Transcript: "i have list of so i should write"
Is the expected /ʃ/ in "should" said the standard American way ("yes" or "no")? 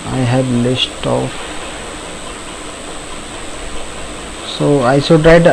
no